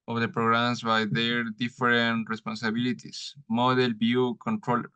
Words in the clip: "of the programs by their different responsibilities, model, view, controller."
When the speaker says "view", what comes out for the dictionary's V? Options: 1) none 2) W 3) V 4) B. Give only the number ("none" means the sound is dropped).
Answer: 4